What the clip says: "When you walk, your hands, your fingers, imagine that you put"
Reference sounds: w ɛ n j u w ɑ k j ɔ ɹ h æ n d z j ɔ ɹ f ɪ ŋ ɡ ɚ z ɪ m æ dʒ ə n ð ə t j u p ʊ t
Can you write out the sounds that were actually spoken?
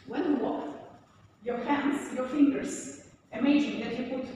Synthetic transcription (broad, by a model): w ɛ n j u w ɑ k j ɔ ɹ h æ n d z j ɔ ɹ f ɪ ŋ ɡ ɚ s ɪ m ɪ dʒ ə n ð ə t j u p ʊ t